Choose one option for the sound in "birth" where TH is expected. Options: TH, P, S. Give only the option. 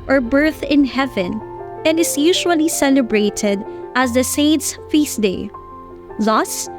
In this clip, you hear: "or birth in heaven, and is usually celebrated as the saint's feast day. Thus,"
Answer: TH